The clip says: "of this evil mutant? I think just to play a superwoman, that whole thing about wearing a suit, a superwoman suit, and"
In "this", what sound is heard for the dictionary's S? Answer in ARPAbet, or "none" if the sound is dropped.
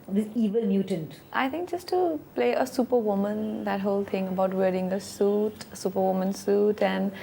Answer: none